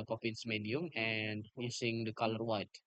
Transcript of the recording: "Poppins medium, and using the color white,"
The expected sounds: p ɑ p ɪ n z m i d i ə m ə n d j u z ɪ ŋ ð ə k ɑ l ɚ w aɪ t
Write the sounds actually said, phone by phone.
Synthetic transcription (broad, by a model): p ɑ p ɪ n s m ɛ d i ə m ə n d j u s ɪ ŋ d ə k ɑ l ɚ w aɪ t